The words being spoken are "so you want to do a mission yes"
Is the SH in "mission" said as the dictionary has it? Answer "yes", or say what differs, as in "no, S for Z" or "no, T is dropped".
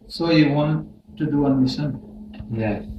no, S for SH